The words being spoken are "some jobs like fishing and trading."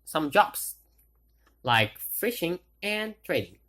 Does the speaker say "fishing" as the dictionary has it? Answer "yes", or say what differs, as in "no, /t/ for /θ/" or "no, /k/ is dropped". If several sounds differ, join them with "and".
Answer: yes